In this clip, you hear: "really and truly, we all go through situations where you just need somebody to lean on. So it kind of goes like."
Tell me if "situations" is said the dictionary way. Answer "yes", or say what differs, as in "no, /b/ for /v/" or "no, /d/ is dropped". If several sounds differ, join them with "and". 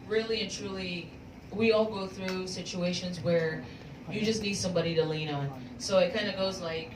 yes